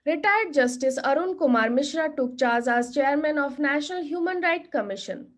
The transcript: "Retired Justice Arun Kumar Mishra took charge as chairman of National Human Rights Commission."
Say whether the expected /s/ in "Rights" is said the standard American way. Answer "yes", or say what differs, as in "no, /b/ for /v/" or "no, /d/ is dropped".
no, /s/ is dropped